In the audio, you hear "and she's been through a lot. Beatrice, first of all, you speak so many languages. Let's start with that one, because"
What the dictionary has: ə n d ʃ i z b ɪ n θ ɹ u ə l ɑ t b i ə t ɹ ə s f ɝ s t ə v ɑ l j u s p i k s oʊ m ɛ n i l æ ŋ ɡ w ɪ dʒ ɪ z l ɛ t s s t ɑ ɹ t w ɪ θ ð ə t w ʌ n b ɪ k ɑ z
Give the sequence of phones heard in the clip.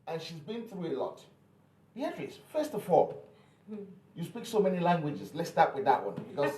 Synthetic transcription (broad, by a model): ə n ʃ i z b ɪ n θ ɹ u ə l ɑ t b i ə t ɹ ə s f ɝ s t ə f ɑ l j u s p i k s oʊ m ɛ n i l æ ŋ ɡ w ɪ dʒ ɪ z l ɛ t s s t ɑ ɹ t w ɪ ð ə t w ʌ n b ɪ k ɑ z